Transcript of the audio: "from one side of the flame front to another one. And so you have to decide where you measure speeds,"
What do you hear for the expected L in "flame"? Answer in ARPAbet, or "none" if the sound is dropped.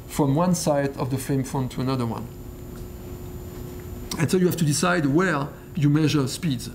none